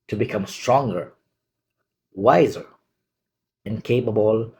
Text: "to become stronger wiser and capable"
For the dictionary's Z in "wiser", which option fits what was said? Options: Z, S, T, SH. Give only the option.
Z